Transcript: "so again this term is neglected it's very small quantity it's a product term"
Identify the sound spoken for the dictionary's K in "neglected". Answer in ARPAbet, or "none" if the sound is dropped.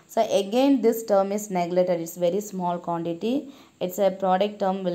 none